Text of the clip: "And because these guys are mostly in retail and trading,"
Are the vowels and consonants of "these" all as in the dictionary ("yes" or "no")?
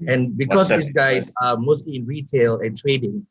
no